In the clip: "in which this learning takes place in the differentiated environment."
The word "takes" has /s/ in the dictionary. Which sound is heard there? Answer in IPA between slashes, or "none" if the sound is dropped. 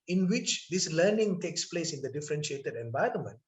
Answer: /s/